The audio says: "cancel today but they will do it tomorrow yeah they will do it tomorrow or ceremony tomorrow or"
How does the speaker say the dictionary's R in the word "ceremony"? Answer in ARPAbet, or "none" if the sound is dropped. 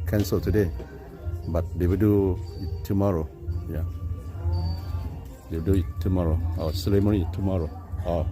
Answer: L